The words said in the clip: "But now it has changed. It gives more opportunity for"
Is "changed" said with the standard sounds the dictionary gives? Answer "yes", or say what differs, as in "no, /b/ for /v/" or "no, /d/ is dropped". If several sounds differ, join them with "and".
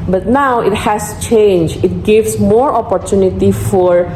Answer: no, /d/ is dropped